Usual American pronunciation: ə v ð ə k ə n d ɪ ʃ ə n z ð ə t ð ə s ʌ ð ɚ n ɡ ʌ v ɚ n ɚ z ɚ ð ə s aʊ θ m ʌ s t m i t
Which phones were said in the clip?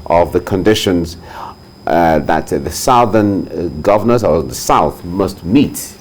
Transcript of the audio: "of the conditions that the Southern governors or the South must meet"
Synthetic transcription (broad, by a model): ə v ð ə k ə n d ɪ ʃ ə n z ð ə t ð ə s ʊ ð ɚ n ɡ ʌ v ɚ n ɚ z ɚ ð ə s aʊ θ m ʌ s t m i t